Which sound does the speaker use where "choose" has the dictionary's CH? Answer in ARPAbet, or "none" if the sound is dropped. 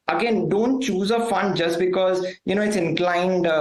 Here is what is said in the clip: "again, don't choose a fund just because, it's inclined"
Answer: CH